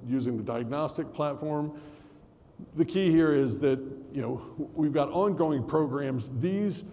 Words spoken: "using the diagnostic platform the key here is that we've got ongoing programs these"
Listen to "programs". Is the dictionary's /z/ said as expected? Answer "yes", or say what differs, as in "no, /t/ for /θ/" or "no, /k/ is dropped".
yes